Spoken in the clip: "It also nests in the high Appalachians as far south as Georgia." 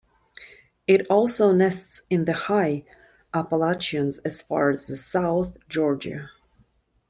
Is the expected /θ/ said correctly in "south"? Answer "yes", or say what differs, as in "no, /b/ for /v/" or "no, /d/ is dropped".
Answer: yes